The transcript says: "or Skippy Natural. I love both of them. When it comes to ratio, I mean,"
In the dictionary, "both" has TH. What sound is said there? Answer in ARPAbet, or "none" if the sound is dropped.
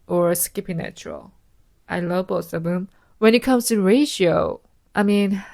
S